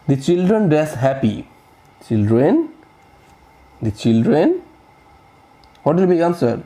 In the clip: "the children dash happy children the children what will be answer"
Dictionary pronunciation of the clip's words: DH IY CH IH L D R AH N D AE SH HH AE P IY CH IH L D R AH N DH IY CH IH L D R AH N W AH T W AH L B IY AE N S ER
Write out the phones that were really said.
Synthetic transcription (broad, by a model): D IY CH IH L D R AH N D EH S HH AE P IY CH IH L D R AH N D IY CH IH L D R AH N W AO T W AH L B IY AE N S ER